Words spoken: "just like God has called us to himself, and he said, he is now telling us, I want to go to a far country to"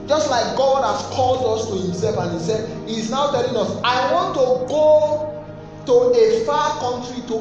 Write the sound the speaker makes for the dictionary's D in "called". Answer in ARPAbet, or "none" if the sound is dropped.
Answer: D